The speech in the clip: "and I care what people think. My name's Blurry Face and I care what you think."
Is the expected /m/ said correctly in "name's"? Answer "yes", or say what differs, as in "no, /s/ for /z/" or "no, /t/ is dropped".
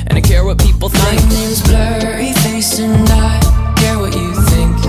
no, /m/ is dropped